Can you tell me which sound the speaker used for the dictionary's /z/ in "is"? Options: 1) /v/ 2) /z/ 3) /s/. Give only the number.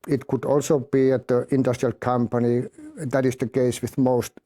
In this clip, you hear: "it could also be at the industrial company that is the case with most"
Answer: 3